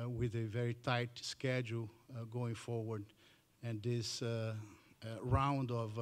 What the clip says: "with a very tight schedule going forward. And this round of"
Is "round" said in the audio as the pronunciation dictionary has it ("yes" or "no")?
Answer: yes